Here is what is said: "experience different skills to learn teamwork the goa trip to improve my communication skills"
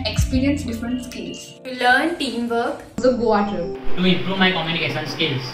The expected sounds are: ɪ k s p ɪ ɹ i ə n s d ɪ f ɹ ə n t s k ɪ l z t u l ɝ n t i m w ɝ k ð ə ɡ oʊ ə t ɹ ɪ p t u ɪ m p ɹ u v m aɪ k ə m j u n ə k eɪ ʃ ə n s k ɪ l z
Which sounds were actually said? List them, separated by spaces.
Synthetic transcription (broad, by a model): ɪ k s p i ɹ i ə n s d ɪ f ɹ ə n t s k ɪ l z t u l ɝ n t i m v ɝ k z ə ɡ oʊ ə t ʌ t u ɪ m p ɹ u v m aɪ k ə m j u n ə k eɪ ʃ ə n s k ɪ l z